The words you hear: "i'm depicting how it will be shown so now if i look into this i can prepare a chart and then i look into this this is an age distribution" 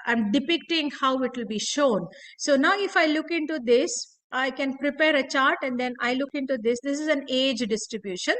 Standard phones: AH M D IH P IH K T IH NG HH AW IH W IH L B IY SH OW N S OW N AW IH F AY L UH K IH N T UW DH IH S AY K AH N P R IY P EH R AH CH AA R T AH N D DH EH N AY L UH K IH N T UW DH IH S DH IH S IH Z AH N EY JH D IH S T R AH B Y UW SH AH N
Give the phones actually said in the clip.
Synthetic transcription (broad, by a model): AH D D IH P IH K T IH NG HH AW IH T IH L B IY SH OW N S OW N AW IH F AY L UH K IH N T UW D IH S AY K AH N P R IY P EH R AH CH AA R T AH N D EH N AY L UH K IH N T UW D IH S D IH S IH Z AH N EY JH D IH S T R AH B Y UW SH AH N